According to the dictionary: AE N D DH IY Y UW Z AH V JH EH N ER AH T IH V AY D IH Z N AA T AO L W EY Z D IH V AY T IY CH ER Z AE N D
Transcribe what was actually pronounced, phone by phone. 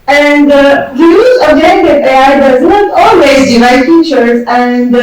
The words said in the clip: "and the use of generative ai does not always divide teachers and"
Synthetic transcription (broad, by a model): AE N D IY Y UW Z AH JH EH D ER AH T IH AY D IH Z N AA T AO L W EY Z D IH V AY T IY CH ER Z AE N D